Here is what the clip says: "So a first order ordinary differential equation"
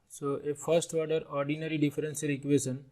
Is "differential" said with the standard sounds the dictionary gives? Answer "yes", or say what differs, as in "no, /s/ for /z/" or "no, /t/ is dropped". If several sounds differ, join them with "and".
no, /s/ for /ʃ/